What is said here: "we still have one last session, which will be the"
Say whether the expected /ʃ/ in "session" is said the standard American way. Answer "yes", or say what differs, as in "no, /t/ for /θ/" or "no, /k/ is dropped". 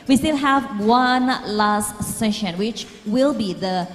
yes